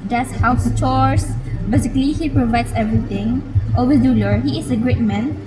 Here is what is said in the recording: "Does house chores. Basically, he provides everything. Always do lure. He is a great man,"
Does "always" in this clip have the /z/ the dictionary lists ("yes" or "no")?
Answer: no